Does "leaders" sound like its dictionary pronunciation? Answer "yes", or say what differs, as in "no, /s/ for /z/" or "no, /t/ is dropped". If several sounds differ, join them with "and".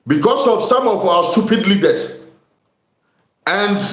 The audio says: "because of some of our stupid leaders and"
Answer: no, /s/ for /z/